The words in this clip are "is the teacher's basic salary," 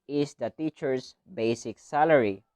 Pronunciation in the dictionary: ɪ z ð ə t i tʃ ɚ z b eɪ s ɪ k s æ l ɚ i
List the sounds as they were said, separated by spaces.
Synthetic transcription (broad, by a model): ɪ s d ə t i tʃ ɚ s b eɪ s ɪ k s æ l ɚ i